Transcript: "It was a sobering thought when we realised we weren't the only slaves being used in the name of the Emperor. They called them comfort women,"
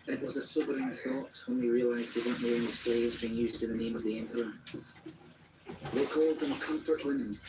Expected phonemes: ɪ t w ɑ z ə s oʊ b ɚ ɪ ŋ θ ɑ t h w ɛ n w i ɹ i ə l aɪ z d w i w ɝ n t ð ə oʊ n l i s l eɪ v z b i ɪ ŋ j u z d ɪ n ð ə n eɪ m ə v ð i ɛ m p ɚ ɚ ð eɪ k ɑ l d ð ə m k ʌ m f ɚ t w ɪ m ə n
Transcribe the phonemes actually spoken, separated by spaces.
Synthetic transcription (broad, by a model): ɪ t w ɑ z ə s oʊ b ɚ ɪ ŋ θ ɑ t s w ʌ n w i ɹ i ə l aɪ z d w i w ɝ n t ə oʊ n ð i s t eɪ z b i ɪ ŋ j u z d ɪ n ð ə n eɪ m ə v ð i ɛ m p ɚ ɚ ð eɪ k ɑ l d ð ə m k ʌ m f ɚ t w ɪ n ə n